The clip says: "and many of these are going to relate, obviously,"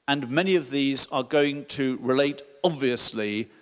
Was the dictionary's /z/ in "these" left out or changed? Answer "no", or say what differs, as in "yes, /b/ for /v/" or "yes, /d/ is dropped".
no